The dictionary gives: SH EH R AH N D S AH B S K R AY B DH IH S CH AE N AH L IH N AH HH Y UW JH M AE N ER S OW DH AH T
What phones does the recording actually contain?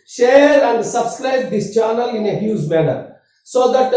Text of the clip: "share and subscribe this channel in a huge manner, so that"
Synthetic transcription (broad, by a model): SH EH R AH N D S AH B S K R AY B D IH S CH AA N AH L IH N AH HH Y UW Z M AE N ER S OW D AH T